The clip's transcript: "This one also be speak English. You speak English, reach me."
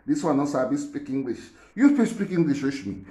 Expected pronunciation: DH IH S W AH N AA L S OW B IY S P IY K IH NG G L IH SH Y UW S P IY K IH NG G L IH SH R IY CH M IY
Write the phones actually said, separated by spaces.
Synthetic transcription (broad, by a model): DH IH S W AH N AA S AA B IY S P IY K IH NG G L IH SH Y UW S P IY K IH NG G L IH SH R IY SH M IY